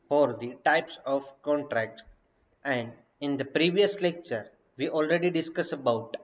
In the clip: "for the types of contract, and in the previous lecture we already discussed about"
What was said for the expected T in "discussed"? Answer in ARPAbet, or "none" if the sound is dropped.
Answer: none